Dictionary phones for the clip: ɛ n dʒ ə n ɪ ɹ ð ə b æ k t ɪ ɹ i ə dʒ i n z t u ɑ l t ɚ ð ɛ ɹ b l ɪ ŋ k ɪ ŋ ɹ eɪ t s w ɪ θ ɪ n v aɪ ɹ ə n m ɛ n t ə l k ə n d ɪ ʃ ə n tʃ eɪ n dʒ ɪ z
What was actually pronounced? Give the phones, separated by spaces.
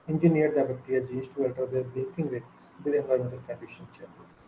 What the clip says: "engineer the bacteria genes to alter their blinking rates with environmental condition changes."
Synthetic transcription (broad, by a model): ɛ n dʒ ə n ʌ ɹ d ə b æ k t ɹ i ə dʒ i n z t u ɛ l t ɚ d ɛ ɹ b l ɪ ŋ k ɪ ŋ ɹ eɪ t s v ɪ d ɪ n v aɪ ə m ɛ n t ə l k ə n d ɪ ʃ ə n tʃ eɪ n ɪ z